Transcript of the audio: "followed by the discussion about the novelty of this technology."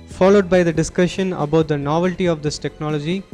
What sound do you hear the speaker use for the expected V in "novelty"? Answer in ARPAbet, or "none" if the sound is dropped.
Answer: V